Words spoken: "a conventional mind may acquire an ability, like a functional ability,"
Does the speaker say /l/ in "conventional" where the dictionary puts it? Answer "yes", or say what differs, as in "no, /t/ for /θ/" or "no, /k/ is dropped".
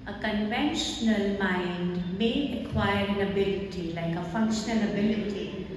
yes